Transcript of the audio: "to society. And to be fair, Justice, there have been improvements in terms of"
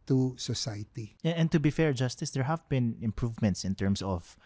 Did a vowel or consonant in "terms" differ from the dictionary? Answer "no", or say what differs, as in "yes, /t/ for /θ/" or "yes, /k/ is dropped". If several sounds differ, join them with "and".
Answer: yes, /s/ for /z/